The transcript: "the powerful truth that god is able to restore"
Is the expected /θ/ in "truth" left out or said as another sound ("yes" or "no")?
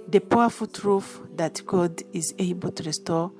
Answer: yes